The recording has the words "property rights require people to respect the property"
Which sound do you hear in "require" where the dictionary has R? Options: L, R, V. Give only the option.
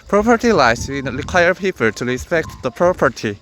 R